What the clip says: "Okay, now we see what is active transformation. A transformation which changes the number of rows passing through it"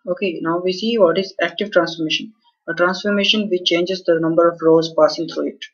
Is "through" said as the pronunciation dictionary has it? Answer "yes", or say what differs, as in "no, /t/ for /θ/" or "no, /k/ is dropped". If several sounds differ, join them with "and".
no, /t/ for /θ/